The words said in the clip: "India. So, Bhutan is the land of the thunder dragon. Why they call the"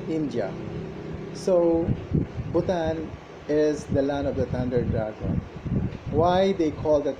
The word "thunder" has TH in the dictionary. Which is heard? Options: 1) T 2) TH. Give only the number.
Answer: 1